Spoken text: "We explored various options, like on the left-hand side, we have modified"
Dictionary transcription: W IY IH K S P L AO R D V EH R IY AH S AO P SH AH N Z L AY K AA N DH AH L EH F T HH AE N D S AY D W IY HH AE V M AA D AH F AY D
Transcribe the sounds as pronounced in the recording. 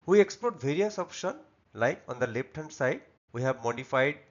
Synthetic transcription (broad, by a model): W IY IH K S P L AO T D V EH R IY AH S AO P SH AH N L AY K AA N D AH L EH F T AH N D S AY D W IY HH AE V M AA D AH F AY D